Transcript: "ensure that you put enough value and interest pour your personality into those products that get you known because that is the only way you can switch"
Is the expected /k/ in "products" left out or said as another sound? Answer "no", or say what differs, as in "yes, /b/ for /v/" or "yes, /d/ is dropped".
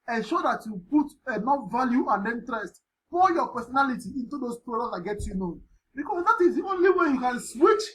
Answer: yes, /k/ is dropped